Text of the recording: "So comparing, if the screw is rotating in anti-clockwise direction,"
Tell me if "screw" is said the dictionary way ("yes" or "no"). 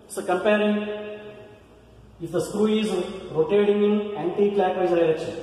yes